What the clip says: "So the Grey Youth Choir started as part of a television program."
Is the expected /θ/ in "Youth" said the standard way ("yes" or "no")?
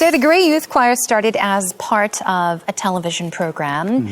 yes